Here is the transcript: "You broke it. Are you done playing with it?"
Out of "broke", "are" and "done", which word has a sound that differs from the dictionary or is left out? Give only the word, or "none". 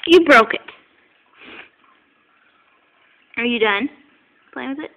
none